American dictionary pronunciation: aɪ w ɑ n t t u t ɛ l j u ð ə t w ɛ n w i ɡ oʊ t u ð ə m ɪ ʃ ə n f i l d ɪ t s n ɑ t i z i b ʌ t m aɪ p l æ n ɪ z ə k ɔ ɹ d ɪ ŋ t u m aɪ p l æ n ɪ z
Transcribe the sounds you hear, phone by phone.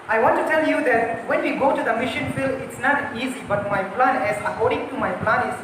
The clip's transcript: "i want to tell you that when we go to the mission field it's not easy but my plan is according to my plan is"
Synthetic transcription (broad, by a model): aɪ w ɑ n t t u t ɛ l j u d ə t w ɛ n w i ɡ oʊ t u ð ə m ɪ ʃ ə n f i l ɪ t s n ɑ t i z i b ʌ t m aɪ p l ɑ n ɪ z ə k ɔ ɹ d ɪ ŋ t u m aɪ p l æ n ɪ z